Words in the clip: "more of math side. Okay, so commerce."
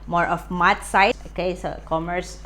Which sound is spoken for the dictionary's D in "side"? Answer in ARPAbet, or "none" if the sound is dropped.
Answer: none